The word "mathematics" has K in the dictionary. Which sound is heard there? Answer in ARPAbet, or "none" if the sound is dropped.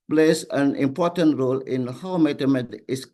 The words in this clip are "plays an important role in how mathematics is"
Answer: none